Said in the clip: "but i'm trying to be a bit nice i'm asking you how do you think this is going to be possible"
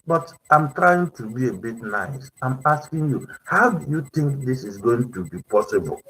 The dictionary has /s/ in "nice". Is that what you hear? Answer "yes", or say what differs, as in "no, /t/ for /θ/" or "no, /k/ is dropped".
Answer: yes